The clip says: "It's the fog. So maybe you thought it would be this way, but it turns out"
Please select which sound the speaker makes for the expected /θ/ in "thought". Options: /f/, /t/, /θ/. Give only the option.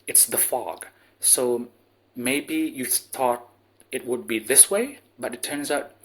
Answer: /θ/